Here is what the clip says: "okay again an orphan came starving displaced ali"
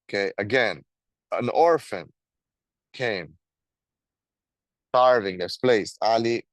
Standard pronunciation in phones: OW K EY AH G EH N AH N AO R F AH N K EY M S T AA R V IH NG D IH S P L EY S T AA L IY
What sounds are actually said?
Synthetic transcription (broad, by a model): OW K EY AH G EH N AH N AO R F AH N K EY M S T AA R V IH NG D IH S P L EY S AA L IY